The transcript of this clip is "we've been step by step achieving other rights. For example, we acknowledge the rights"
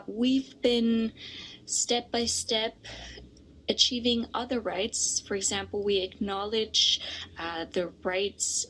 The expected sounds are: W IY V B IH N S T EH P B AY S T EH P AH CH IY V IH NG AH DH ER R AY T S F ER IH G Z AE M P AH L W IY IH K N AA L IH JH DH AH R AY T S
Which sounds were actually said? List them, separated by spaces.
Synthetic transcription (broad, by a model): W IY V B IH N S T EH P B AY S T EH P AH CH IY V IH NG AH DH ER R AY T S F ER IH G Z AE M P L W IY IH K N AA L IH JH DH AH R AY T S